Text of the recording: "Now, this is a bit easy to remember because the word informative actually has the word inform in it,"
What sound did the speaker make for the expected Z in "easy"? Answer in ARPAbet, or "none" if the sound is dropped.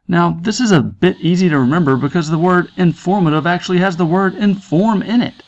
Z